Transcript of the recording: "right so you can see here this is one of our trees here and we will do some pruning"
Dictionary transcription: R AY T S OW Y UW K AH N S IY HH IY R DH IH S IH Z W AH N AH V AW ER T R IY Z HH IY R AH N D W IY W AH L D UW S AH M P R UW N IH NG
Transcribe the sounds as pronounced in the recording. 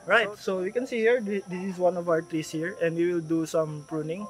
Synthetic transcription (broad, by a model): R AY T S OW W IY K AH N S IY HH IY R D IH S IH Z W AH N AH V AW ER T R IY S HH IY R AH N D W IY W AH L D UW S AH M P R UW N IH NG